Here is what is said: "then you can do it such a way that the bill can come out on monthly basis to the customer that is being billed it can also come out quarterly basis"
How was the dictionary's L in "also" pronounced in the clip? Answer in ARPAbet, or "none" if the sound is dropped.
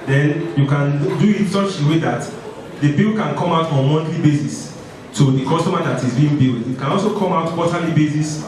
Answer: L